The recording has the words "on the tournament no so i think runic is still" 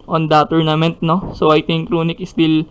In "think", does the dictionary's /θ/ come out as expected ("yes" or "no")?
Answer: no